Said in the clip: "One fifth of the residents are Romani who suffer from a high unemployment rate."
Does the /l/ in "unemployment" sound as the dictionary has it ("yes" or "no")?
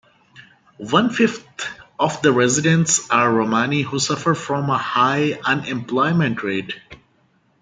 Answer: yes